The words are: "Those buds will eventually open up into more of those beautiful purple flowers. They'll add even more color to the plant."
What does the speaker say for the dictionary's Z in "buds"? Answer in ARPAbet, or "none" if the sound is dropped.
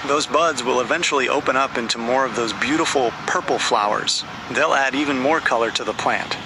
Z